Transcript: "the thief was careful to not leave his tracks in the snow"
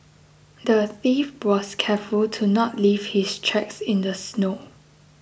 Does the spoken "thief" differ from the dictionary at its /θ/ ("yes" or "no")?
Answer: no